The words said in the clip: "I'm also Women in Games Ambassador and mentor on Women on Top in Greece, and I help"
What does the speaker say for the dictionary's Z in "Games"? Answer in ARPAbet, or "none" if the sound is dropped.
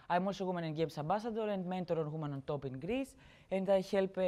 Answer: S